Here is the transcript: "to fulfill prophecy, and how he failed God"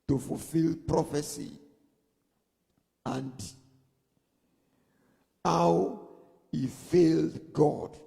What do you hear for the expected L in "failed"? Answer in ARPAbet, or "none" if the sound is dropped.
L